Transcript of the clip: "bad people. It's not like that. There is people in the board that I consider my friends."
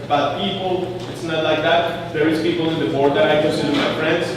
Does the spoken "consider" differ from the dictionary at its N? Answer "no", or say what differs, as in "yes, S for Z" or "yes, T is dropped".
yes, N is dropped